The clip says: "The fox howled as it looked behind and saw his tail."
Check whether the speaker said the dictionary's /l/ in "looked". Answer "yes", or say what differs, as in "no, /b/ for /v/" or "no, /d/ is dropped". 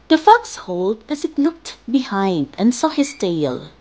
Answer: no, /n/ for /l/